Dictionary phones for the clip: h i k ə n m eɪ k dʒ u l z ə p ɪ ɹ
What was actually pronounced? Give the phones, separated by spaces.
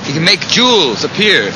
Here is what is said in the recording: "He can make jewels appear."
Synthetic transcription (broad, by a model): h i k ə n m eɪ k dʒ u l z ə p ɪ ɹ